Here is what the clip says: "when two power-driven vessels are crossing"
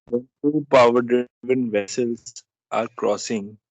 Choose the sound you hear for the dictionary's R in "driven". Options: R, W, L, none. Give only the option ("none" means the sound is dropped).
none